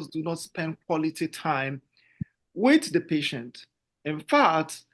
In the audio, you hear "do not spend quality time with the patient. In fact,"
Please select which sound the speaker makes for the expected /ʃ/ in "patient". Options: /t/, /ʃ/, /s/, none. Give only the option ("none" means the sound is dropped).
/ʃ/